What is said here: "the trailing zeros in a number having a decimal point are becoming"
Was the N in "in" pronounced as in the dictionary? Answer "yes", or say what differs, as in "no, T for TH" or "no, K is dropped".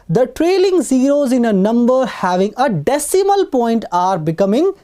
yes